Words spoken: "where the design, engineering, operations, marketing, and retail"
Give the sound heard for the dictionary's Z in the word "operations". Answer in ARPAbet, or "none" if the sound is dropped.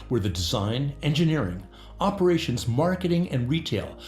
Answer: Z